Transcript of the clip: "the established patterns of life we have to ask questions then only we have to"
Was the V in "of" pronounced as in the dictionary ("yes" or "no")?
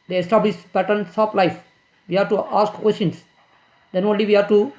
no